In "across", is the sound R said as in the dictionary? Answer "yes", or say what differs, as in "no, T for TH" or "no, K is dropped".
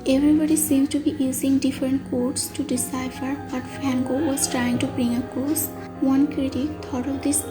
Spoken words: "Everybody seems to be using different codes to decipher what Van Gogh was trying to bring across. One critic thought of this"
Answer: no, R is dropped